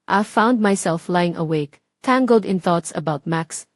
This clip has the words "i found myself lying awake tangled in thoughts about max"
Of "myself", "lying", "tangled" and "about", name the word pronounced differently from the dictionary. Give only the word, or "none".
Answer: none